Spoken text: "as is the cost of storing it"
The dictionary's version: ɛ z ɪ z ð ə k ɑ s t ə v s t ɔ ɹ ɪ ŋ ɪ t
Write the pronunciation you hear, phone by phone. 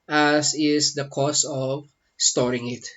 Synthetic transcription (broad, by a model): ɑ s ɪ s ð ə k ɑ s ə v s t ɔ ɹ ɪ ŋ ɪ t